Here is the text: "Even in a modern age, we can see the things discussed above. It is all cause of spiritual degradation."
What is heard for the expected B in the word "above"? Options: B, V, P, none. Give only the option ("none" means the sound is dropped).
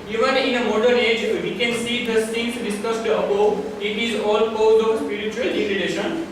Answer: none